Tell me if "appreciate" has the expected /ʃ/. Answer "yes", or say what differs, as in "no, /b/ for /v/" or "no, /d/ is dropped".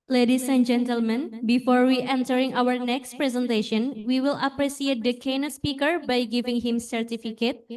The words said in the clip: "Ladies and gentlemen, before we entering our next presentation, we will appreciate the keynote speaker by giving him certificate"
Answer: no, /s/ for /ʃ/